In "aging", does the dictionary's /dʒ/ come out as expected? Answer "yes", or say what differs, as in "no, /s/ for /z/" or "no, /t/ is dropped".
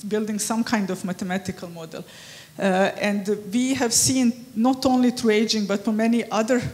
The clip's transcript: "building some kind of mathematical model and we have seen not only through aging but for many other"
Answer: yes